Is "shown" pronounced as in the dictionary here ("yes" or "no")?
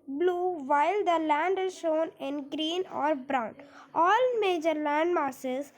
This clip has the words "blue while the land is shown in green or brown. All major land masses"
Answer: yes